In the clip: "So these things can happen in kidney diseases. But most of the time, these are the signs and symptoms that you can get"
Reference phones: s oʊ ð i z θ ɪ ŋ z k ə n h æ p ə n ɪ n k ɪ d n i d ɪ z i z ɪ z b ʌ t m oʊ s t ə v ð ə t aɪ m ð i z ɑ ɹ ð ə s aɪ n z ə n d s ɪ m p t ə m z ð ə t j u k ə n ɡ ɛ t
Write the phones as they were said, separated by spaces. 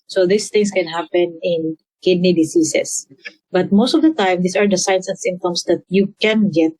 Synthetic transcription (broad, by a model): s oʊ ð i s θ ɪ ŋ s k ə n h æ p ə n ɪ n k ɪ d n i d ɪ s i s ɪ s b ʌ t m oʊ s t ə v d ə t aɪ m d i s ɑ ɹ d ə s aɪ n s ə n s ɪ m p t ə m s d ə t j u k ə n ɡ ɛ t